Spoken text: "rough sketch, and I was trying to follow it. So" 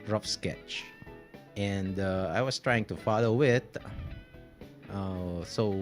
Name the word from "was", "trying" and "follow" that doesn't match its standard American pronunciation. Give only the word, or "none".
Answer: was